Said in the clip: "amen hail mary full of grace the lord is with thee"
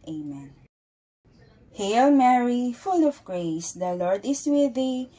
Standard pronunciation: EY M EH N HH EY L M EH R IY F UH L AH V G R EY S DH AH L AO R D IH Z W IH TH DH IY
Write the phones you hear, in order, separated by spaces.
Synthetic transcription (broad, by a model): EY M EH N HH EY L M EH R IY F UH L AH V G R EY S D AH L AO R D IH S W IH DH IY